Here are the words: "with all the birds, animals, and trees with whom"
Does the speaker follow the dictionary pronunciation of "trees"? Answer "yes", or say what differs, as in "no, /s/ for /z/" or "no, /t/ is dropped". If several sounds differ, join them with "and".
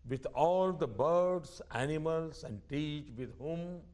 no, /ɹ/ is dropped